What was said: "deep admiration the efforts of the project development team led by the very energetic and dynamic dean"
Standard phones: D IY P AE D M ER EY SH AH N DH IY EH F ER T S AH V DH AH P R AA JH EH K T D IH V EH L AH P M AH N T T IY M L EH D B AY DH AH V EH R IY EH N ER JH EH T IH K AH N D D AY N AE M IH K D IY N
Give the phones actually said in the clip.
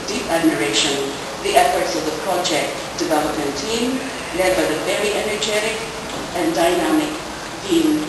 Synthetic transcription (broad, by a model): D IY P AE D M ER EY SH AH N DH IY EH F ER T S AH V DH AH P R AA JH EH K T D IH V EH L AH P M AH N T T IY M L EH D B AY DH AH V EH R IY EH N ER JH EH T IH K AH N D D AY N AE M IH K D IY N